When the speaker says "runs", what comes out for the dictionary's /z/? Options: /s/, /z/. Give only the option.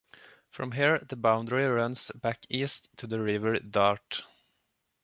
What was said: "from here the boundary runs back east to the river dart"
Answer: /s/